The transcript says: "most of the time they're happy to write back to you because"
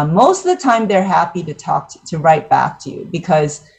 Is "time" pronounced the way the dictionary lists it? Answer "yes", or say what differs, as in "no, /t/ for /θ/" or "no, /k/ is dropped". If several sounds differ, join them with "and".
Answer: yes